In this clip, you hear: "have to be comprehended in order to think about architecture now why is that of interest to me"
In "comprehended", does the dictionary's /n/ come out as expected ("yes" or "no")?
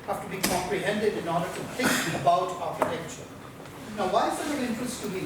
yes